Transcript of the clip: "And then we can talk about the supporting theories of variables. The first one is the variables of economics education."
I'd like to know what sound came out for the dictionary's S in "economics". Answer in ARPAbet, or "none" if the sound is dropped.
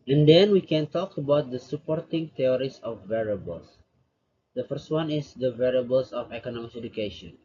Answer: none